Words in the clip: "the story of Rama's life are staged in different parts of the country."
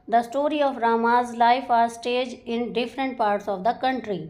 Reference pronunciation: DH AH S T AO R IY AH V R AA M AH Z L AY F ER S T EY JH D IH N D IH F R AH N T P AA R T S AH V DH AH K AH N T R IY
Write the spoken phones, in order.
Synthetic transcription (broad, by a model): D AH S T AO R IY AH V R AA M AH Z L AY F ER S T EY JH IH N D IH F R AH N T P AA R T S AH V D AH K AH N T R IY